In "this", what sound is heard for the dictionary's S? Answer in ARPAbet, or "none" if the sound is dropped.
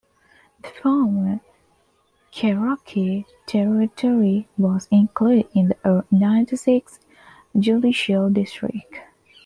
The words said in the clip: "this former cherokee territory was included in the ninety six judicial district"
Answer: none